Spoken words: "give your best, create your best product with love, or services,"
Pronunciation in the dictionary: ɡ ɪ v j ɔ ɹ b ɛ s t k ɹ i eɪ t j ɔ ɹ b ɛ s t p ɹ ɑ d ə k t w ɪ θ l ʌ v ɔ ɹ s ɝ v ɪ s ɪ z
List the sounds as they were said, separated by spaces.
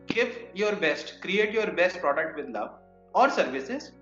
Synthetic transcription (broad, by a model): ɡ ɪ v j ɔ ɹ b ɛ s t k ɹ i eɪ t j ɔ ɹ b ɛ s t p ɹ ɑ d ə k t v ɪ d l ʌ v ɔ ɹ s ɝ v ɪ s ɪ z